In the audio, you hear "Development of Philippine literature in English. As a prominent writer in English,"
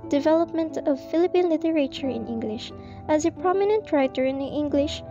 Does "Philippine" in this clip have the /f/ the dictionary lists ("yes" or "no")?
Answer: yes